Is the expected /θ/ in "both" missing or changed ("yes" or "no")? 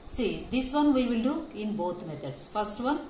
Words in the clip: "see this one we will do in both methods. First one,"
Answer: yes